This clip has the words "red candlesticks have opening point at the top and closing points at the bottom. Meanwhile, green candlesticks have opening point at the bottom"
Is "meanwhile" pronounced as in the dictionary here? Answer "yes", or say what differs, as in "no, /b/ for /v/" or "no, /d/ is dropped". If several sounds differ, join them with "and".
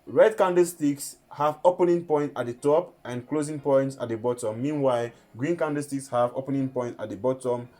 yes